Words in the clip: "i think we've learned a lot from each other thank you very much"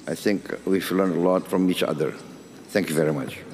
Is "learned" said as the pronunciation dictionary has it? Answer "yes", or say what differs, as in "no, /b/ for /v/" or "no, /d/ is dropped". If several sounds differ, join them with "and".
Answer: no, /d/ is dropped